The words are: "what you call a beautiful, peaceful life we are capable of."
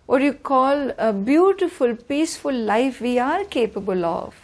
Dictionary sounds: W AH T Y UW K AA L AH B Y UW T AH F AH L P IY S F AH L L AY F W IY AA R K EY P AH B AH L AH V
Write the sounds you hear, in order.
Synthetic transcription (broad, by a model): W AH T Y UW K AA L AH B Y UW T AH F AH L P IY S F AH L L AY F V IY AA R K EY P AH B AH L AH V